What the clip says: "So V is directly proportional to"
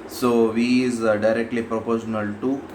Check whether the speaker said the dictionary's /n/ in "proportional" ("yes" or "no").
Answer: yes